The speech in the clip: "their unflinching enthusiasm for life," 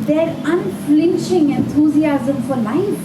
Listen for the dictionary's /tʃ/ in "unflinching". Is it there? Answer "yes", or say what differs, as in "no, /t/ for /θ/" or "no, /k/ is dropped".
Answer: no, /ʃ/ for /tʃ/